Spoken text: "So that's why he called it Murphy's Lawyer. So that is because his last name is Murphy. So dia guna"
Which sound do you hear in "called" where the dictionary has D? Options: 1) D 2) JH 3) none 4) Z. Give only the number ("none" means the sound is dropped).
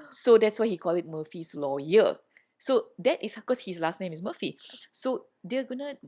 3